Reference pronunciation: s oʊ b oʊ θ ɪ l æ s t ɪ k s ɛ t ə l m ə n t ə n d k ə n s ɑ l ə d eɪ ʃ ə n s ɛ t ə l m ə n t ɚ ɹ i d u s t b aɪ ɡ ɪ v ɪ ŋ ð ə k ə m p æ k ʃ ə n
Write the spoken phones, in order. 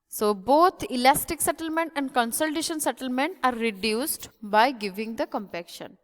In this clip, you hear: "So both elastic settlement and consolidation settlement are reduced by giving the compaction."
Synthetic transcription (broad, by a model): s oʊ b oʊ t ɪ l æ s t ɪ k s ɛ t ə l m ə n t ə n d k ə n s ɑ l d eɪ ʃ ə n s ɛ t ə l m ə n t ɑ ɹ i d u s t b aɪ ɡ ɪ v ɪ ŋ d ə k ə m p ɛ k ʃ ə n